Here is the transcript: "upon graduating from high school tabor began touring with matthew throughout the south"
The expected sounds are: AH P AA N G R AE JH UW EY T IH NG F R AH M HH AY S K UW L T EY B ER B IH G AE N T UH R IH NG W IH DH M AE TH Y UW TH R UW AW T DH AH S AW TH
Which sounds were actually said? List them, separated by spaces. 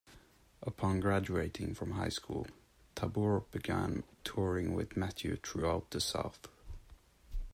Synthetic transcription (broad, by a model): AH P AA N G R AE JH UW EY T IH NG F R AH M HH AY S K UW L T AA B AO B IH G AE N T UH R IH NG W IH DH M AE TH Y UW T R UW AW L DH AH S AW TH